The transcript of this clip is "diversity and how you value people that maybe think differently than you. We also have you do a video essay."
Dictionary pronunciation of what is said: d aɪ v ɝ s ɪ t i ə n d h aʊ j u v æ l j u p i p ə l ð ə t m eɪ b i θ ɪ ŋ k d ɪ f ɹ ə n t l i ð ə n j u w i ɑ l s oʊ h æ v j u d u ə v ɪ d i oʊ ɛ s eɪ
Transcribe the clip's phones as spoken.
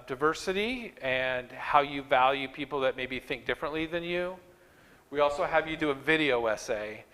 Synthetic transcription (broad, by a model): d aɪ v ɝ s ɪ t i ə n h aʊ j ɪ v æ l j u p i p l ð ə t m eɪ b i θ ɪ ŋ k d ɪ f ɹ ə n t l i ð ə n j u w i ɑ l s oʊ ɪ v j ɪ d ə v ɪ d i oʊ ɛ s eɪ